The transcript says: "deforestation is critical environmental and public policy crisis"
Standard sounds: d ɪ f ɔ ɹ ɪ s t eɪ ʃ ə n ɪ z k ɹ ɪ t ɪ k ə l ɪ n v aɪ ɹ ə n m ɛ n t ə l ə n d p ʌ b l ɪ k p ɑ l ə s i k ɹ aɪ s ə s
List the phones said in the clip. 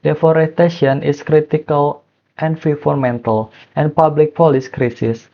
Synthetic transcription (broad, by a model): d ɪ f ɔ ɹ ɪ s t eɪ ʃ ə n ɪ s k ɹ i t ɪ k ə l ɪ n f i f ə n m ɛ n t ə l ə n p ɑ b l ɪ k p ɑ l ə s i k ɹ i s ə s